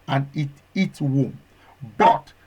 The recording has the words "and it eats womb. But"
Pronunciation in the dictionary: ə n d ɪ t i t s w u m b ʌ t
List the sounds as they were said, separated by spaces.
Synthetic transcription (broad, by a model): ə n ɪ t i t w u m b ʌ t